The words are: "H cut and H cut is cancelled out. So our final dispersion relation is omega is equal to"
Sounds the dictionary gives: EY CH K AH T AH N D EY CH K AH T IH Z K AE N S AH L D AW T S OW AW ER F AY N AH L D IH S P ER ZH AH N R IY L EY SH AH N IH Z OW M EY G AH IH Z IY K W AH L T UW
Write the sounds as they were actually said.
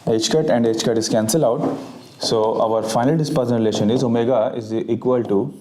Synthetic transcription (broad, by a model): EY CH K AH T AH N D EY CH K AH T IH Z K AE N S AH L AW T S OW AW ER F AY N AH L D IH S P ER Z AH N R IY L EY SH AH N IH Z OW M EY G AH IH Z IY K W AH L T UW